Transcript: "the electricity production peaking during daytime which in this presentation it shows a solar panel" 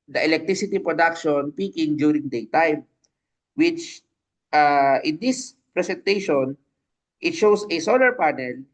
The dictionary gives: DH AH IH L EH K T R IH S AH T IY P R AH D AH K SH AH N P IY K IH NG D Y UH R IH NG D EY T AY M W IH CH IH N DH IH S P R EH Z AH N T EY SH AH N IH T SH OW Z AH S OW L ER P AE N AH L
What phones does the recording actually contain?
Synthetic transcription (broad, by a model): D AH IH L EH K T R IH S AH T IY P R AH D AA K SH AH N P IY K IH NG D Y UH R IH NG D EY T AY M W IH CH IH N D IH S P R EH S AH N T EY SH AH N IH T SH OW S AH S OW L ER P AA N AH L